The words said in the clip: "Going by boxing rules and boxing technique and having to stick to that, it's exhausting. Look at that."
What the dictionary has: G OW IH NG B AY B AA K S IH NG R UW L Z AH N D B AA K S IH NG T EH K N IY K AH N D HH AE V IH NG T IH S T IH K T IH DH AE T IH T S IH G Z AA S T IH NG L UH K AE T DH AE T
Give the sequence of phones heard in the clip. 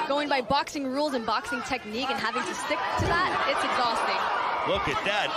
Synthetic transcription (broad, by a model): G OW IH NG B AY B AA K S IH NG R UW L Z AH N B AA K S IH NG T EH K N IY K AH N HH AE V IH NG T IH S T IH K T IH DH AE T IH T S IH G Z AA S T IH NG W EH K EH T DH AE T